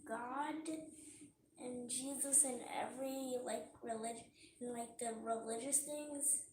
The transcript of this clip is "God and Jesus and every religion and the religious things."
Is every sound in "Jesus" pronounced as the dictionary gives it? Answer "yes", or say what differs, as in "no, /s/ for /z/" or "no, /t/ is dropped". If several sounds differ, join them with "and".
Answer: yes